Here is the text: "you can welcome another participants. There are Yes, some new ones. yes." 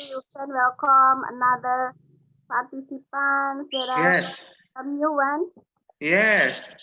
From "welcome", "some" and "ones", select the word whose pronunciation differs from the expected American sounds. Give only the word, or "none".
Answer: ones